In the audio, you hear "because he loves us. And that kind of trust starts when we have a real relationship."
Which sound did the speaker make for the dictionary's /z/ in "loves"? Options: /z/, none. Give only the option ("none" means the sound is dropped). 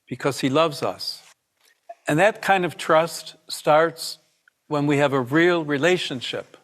/z/